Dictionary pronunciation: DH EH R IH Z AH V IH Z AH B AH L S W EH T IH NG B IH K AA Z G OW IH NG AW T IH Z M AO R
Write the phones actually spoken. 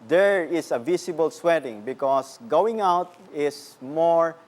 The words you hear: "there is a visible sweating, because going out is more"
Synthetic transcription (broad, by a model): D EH R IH S AH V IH S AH B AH L S W EH T IH NG B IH K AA S G OW IH NG AW T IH S M AO R